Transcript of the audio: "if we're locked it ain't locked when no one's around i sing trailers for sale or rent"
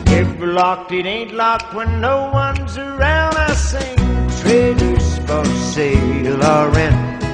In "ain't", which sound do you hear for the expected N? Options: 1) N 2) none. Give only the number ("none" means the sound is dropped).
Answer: 1